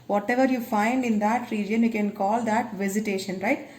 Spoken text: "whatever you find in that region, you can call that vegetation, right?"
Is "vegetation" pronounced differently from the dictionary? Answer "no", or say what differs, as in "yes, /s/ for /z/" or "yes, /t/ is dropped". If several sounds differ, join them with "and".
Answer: yes, /z/ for /dʒ/